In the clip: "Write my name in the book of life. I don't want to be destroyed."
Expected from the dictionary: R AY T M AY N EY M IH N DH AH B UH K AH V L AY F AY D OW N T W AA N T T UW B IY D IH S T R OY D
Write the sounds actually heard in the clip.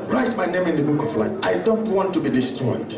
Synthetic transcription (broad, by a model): R AY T M AY N EY M IH N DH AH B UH K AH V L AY AY D OW N T W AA N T T UW B IY D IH S T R OY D